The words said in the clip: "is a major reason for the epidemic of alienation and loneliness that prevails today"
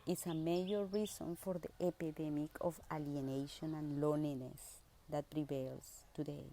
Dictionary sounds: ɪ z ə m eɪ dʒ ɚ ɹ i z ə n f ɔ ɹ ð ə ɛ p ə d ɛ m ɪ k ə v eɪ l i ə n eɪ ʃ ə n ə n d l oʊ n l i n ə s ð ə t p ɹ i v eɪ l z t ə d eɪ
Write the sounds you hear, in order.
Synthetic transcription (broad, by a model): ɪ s ə m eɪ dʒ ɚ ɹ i s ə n f ɔ ɹ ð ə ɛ p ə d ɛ m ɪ k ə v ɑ l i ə n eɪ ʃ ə n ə n l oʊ n i n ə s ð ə t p ɹ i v eɪ l s t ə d eɪ